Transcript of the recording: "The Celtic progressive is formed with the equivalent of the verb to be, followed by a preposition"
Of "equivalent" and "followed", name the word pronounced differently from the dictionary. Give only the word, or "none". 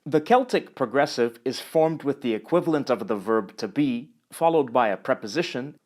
none